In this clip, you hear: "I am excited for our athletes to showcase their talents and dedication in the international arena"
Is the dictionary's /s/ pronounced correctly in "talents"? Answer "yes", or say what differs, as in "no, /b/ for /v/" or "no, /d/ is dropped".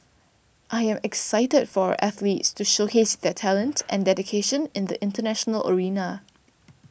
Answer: no, /s/ is dropped